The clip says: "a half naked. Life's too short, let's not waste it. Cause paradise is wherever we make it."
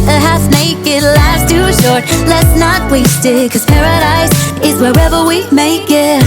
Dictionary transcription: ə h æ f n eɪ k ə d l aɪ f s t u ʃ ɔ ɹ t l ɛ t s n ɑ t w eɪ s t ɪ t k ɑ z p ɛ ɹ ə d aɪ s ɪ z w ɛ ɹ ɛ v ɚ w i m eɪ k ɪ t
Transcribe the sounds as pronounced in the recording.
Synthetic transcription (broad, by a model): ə h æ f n eɪ k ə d l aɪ s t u ʃ ɔ ɹ t l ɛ t s n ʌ t w eɪ s t ɪ t k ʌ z p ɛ ɹ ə d aɪ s ɪ z w ɛ ɹ ɛ v ɚ w i m eɪ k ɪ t